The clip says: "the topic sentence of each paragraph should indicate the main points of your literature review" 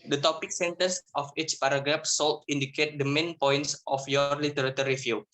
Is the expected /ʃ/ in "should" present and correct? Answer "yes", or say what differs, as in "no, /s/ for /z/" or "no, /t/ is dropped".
no, /s/ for /ʃ/